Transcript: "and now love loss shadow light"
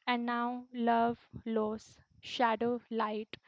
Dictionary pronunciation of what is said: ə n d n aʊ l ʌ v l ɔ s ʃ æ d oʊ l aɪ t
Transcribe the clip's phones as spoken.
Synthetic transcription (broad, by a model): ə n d n aʊ l ʌ v l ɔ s ʃ æ d oʊ l aɪ t